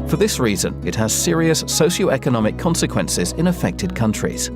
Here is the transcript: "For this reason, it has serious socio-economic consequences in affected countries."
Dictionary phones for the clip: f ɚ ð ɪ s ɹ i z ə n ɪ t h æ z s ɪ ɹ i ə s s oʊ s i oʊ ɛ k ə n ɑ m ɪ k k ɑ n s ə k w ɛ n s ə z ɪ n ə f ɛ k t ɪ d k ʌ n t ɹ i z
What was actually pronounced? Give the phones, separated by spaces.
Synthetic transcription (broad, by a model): f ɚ ð ɪ s ɹ i z ə n ɪ t h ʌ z s ɪ ɹ i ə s s oʊ ʃ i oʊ ɛ k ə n ɑ m ɪ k k ɑ n s ə k w ɛ n s ə z ɪ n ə f ɛ k t ɪ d k ʌ n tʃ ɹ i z